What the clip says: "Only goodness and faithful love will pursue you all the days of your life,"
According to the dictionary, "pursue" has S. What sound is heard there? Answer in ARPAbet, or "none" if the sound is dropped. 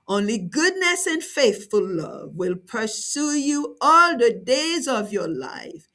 S